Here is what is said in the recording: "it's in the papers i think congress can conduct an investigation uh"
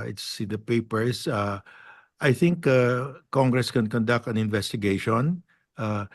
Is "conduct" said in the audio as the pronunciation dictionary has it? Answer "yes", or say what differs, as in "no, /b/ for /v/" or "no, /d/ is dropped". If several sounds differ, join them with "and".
yes